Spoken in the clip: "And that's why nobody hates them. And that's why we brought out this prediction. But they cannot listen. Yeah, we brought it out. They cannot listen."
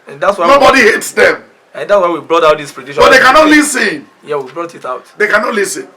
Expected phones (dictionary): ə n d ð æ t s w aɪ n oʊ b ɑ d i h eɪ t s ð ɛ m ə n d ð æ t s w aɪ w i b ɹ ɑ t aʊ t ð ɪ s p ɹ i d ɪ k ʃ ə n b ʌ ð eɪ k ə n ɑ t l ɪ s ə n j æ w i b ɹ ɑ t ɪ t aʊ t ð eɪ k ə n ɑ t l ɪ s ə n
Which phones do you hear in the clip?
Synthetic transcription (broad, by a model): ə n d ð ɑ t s w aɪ n oʊ b ɑ d i h eɪ t s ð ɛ m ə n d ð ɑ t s w aɪ w i b ɹ ɑ t aʊ t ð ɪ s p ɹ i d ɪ ʃ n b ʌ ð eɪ k ə n ɑ t l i s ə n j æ w i b ɹ ɑ t ɪ t aʊ t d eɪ k ə n ɑ t l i s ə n